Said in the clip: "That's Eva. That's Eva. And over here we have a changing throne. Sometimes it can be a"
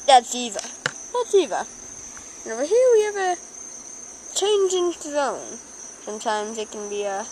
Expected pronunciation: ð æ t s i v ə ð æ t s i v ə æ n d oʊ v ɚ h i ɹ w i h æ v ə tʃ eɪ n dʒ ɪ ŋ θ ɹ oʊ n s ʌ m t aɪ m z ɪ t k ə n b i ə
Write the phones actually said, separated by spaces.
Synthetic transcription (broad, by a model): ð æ t s i v ə ð æ t s i v ə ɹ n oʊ b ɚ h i w i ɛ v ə tʃ eɪ n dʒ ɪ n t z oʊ n s ʌ m t aɪ m z ɪ t k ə n b i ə